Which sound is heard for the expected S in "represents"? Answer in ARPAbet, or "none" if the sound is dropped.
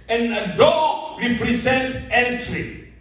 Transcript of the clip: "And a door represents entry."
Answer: none